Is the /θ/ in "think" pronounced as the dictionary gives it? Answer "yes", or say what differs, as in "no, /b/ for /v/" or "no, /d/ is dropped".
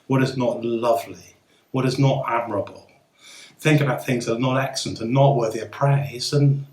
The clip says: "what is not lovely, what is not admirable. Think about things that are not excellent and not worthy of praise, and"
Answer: yes